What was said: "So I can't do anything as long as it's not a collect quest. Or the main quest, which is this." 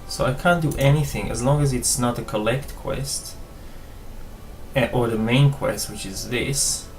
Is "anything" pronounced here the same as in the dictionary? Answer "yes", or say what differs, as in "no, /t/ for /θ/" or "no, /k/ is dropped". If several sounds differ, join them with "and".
yes